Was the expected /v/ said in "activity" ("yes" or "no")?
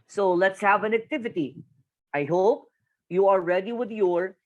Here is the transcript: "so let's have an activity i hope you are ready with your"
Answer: yes